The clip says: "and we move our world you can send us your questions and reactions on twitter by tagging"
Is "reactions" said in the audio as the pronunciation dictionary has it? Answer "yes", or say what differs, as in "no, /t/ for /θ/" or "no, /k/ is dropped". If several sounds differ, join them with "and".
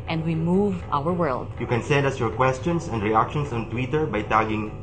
no, /s/ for /z/